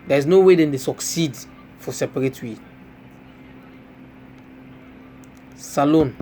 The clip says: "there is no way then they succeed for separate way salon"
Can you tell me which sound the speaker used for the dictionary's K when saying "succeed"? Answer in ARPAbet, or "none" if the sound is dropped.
K